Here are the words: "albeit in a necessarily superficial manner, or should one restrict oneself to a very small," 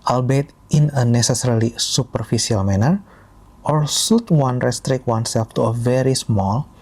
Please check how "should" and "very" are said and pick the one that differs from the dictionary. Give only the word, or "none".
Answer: should